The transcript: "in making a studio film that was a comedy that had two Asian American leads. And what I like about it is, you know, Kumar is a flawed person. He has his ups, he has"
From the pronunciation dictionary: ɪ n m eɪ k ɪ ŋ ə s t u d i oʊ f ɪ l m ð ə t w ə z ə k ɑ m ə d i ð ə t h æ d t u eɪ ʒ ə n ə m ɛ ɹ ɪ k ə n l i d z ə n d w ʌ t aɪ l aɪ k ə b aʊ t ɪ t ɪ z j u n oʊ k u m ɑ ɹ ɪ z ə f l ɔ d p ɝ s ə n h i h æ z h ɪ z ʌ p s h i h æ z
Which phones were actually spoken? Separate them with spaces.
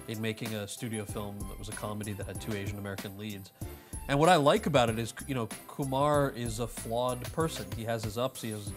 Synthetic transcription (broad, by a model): ɪ n m eɪ k ɪ ŋ ə s t u d i oʊ f ɪ l m ð ə t w ə z ə k ɑ m ə d i ð ə t h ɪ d t u eɪ ʒ ə n ə m ɛ ɹ ɪ k ə n l i d z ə n w ʌ t aɪ l aɪ k ə b aʊ t ɪ t ɪ z j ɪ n oʊ k u m ɑ ɹ ɪ z ə f l ɔ d p ɝ s ə n i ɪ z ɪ z ʌ p s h i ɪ z